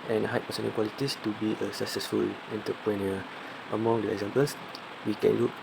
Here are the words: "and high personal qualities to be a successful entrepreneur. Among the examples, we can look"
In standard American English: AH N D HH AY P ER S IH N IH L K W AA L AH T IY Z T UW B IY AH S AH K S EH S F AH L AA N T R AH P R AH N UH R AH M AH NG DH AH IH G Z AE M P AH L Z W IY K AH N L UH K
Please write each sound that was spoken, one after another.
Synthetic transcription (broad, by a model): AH N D HH AY P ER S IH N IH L K W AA L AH T IY S T UW B IY AH S AH K S EH S F AH L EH N T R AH P R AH N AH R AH M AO NG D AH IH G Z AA M P AH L S W IY K AH N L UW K